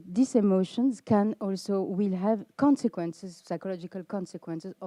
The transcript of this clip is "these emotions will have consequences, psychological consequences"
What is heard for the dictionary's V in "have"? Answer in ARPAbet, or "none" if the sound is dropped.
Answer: V